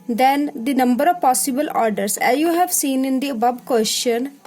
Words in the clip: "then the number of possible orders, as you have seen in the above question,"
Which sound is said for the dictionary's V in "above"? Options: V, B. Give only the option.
B